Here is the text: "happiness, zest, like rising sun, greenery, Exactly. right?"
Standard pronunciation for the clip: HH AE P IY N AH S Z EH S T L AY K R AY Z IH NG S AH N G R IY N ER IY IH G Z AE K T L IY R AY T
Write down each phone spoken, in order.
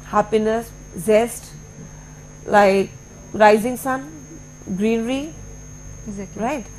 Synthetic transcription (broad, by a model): HH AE P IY N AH S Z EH S T L AY K R AY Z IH NG S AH N G R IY N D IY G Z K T IY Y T